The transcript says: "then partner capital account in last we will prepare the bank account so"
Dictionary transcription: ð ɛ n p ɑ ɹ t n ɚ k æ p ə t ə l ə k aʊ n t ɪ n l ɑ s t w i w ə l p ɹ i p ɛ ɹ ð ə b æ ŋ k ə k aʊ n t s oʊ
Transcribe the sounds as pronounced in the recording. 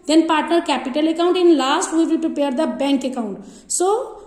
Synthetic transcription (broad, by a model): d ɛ n p ɑ ɹ t n ɚ k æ p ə t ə l ə k aʊ n t ɪ n l ɑ s t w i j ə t p i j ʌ ɹ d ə b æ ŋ k ə k aʊ n t s oʊ